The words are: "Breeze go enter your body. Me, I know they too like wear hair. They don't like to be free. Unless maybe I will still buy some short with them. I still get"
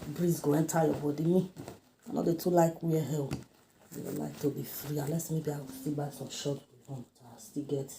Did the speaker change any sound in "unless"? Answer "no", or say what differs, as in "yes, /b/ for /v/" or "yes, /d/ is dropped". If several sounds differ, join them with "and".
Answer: yes, /n/ is dropped